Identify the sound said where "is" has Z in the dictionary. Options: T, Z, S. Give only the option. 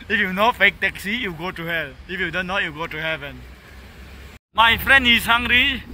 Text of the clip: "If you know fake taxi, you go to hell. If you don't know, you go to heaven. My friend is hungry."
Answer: S